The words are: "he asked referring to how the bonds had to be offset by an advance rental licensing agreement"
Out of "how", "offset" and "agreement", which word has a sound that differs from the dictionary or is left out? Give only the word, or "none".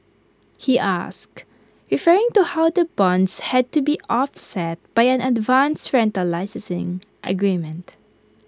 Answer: none